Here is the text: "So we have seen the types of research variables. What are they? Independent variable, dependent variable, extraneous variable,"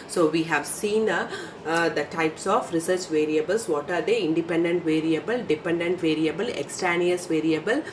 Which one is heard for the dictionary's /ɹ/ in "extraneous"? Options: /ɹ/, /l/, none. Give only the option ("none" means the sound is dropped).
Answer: none